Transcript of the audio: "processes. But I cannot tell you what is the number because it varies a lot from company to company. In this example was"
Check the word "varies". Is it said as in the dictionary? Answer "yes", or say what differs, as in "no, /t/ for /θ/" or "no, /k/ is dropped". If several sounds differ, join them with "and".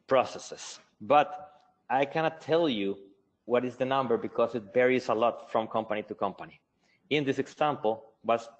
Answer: no, /b/ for /v/